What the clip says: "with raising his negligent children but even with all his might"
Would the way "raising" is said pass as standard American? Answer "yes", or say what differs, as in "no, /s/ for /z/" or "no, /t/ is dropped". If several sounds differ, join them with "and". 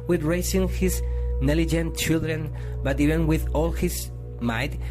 no, /s/ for /z/